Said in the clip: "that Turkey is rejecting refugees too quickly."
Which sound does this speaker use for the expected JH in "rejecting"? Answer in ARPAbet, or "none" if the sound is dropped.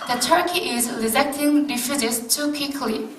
Z